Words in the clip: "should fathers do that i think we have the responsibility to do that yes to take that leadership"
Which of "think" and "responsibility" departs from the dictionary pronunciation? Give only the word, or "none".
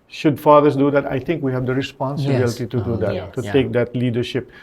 think